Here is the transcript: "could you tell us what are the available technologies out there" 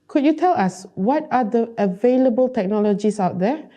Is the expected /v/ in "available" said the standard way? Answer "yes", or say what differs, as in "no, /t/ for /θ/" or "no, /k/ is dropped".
yes